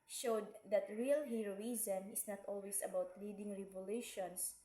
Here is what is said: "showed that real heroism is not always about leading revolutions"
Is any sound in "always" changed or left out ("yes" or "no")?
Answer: yes